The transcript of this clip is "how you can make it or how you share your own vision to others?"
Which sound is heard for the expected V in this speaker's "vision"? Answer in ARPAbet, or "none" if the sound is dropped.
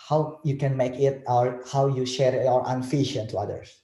F